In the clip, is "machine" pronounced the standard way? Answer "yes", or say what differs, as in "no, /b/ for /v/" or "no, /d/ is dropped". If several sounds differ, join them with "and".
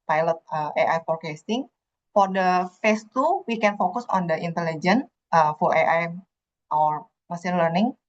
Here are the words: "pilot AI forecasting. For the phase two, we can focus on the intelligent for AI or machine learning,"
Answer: no, /s/ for /ʃ/